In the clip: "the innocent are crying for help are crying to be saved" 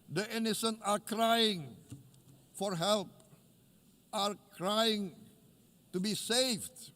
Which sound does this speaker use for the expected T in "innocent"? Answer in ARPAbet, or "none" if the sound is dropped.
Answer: none